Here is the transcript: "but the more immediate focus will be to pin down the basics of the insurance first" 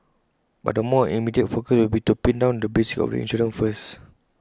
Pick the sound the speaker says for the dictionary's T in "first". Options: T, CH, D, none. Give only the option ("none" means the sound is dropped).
none